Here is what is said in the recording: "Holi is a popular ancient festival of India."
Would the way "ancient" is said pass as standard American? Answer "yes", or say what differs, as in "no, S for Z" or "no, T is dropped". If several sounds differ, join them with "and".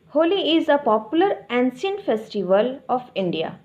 no, S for SH